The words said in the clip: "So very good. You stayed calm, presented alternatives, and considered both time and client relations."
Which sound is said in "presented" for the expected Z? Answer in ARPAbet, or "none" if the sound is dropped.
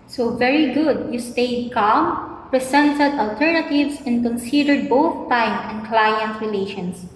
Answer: S